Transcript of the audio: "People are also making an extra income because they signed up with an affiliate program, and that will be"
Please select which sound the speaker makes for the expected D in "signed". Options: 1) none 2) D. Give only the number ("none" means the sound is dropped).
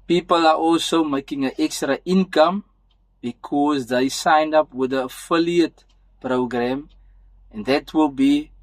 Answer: 2